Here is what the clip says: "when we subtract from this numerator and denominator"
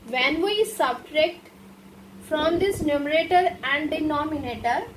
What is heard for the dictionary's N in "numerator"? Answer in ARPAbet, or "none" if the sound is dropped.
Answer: N